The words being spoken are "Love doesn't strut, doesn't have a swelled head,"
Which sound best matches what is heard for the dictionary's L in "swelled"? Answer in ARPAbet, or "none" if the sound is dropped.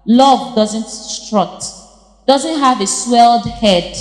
L